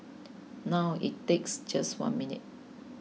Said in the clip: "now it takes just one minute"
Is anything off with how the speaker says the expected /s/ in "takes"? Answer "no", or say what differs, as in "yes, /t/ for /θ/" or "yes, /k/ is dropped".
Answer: no